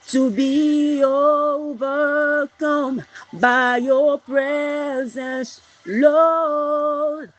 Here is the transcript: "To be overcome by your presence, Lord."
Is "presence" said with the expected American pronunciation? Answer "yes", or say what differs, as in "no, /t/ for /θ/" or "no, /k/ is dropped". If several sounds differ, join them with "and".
yes